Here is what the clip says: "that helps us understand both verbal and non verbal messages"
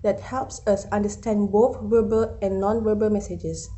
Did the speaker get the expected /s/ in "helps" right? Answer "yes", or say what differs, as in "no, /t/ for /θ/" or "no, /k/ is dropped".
yes